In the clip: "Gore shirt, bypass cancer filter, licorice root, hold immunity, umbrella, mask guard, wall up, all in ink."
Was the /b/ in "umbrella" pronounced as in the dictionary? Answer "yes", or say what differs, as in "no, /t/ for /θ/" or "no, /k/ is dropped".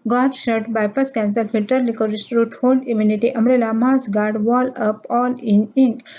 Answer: no, /b/ is dropped